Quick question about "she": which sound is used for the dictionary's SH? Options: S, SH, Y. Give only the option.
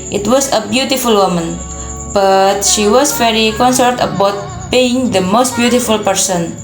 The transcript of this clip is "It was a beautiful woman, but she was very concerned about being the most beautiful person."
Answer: SH